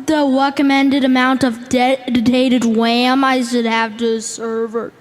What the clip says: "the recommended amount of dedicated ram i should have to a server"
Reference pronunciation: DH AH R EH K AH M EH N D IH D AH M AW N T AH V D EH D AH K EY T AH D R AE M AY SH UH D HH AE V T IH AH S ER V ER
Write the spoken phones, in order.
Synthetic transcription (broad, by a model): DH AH R EH K AH M EH N D IH D AH M AW N T AH V D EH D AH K EY T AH D W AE M AY SH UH D HH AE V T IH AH S ER V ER